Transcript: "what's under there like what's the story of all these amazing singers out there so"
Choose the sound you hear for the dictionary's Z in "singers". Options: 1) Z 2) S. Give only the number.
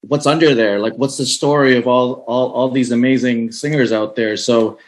1